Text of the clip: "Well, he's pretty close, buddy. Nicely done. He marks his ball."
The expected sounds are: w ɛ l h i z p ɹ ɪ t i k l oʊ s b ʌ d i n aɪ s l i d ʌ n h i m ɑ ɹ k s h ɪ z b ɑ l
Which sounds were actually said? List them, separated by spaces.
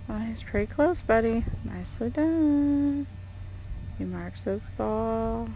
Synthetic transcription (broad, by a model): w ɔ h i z p ɹ ɪ t i k l oʊ s b ʌ d i n aɪ s l i d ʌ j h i m ɑ ɹ k s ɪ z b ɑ l